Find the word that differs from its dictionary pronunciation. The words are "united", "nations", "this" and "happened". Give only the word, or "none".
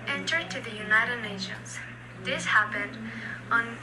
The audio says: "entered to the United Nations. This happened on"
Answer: none